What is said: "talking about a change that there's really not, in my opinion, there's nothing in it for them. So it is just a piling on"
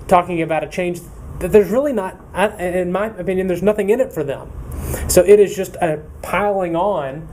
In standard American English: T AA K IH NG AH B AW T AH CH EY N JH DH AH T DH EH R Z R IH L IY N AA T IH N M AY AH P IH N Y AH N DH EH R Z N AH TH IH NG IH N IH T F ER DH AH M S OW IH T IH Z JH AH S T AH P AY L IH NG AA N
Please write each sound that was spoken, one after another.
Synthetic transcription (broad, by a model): T AA K IH NG AH B AW T AH CH EY N JH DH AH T DH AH R Z R IH L IY N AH T IH N M AY AH P IH N Y AH N DH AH R Z N AH TH IH NG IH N IH T F ER DH AH M S OW IH T IH Z JH AH S T AH P AY L IH NG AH N